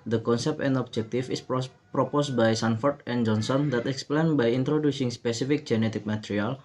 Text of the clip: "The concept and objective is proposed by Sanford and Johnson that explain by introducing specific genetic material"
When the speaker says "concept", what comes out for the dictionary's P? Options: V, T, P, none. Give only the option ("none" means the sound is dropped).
P